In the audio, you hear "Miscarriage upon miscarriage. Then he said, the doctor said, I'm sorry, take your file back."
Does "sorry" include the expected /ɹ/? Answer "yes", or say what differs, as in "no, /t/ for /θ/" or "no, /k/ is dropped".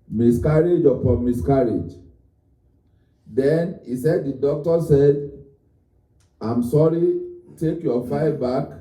yes